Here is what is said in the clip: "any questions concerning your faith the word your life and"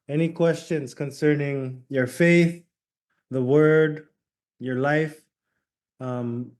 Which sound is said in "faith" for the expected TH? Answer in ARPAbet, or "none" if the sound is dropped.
TH